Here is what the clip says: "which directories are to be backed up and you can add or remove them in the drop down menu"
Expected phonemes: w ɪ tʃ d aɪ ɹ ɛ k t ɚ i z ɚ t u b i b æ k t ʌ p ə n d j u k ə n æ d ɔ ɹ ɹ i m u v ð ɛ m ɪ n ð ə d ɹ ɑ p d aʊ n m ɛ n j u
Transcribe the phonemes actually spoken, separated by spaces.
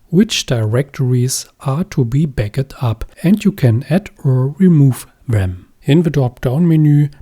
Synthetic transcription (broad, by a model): w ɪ tʃ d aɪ ɹ ɛ k t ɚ i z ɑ t u b i b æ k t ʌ p ə n d j u k ə n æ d ɔ ɹ ɹ i m u v ð ɛ m ɪ n ð ə d ɑ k d aʊ n m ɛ n j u